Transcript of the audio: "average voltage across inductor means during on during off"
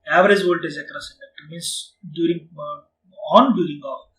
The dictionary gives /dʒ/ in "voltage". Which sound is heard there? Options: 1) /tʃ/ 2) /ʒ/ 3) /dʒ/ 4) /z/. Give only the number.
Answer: 4